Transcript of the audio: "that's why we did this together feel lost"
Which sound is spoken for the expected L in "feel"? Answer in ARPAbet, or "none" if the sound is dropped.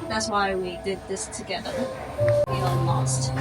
N